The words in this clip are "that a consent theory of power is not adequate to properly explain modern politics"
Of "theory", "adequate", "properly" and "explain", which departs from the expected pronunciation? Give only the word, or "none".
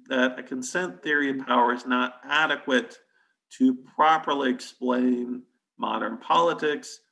none